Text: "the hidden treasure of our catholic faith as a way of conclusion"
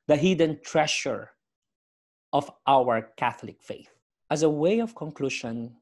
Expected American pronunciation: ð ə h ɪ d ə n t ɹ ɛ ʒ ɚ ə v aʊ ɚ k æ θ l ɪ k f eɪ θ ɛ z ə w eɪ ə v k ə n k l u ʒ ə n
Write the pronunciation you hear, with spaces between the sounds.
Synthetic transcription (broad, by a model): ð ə h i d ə n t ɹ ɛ ʃ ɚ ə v aʊ ɚ k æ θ l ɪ k f eɪ θ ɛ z ə w eɪ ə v k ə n k l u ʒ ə n